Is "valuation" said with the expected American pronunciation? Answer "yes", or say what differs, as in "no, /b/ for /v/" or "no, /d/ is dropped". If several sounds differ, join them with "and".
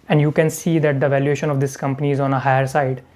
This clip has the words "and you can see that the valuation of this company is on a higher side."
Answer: yes